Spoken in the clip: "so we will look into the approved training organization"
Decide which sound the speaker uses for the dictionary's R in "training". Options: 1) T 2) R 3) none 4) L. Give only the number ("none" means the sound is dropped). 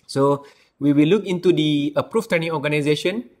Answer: 3